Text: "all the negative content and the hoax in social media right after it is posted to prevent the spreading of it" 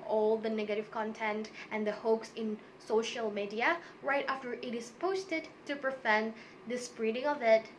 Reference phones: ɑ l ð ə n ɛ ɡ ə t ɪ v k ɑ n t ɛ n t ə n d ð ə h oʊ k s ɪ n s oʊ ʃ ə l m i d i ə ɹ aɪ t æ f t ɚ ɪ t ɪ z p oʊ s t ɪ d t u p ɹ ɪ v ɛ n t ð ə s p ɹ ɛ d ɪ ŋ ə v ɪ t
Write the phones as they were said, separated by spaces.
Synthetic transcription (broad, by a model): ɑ l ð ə n ɛ ɡ ə t ɪ v k ɑ n t ɛ n t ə n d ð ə h oʊ k s ɪ n s oʊ ʃ ə l m i d i ə ɹ aɪ t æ f t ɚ ɪ t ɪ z p oʊ s t ɪ d t u p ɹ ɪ f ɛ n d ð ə s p ɹ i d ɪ ŋ ə v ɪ t